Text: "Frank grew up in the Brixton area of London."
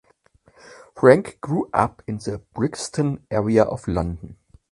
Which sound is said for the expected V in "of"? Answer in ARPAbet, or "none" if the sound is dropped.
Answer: F